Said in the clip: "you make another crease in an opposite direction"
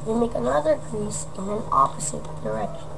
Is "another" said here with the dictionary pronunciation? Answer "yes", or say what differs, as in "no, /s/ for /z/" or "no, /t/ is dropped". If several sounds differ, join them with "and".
yes